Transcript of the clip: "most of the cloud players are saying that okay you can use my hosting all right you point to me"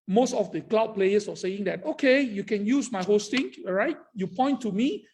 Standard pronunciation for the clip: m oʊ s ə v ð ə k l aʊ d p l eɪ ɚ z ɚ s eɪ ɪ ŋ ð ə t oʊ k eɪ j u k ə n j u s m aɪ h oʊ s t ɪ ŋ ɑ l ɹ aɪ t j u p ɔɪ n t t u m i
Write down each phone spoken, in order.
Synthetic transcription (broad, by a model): m oʊ s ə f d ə k l aʊ d p l eɪ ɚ s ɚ s eɪ ɪ ŋ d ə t oʊ k eɪ j u k ə n j u s m aɪ h oʊ s t ɪ ŋ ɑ ɹ aɪ t j u p ɔɪ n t t u m i